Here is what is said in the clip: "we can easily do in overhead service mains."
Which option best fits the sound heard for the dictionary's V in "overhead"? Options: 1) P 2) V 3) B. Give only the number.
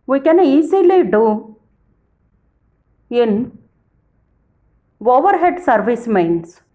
2